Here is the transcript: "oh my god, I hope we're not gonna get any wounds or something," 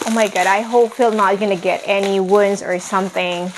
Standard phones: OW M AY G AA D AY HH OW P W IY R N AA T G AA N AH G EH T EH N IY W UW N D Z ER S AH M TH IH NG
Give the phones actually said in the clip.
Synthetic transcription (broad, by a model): OW M AY G AA D AY HH OW P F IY L N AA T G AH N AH G EH T EH N IY W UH N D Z ER S AH M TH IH NG